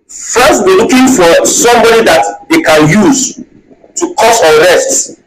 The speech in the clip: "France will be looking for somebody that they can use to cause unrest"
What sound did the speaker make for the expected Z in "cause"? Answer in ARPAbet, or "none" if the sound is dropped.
S